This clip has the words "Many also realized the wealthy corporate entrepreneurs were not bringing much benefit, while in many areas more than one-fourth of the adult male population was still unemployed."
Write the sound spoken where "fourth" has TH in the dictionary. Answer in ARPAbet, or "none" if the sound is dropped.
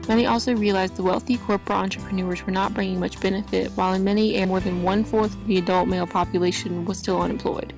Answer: TH